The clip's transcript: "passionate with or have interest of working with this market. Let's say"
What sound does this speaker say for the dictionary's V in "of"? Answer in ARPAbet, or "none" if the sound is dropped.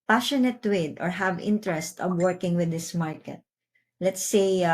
B